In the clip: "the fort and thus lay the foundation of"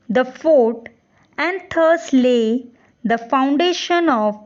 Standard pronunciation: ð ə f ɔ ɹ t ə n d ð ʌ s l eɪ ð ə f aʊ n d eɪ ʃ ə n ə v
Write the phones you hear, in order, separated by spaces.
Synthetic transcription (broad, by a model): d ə f ɔ ɹ t ə n d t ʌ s l eɪ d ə f aʊ n d eɪ ʃ ə n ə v